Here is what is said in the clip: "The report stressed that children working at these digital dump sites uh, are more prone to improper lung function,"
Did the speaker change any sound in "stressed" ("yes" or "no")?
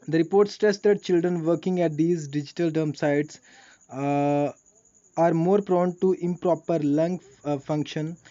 yes